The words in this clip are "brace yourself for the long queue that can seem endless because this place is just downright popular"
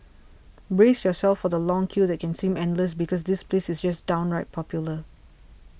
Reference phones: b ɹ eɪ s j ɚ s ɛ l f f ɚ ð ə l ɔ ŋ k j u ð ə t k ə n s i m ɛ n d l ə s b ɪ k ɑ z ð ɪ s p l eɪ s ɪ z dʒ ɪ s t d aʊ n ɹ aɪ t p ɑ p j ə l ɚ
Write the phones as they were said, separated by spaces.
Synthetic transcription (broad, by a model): b ɹ eɪ s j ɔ s ɛ l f f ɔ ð ə l ɔ ŋ k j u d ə t k ə n s i m ɛ n d l ə s b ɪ k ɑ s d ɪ s p l eɪ s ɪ s dʒ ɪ s d aʊ n ɹ aɪ t p ɑ p j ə l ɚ